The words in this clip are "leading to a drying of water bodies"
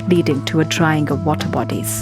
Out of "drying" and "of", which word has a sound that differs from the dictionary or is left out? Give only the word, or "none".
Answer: none